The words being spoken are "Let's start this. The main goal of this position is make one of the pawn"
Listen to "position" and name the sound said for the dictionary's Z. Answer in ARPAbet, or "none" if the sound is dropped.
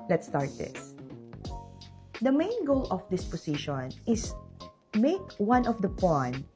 S